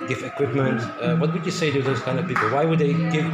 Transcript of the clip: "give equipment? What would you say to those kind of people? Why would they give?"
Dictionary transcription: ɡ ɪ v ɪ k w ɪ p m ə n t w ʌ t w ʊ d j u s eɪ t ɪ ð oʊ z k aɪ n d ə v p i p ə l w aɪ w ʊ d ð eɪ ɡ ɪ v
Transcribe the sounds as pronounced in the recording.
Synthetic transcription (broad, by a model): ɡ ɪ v ɪ k w ɪ p m ə n t w ʌ t w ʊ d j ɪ s eɪ t ɪ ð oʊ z k aɪ n d ə v p i p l w aɪ w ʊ d ð eɪ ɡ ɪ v